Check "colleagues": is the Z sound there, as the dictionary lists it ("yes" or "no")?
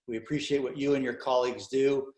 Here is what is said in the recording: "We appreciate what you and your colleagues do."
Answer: yes